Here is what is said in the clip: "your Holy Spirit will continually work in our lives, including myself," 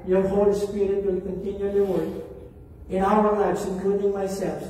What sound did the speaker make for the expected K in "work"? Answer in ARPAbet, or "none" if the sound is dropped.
none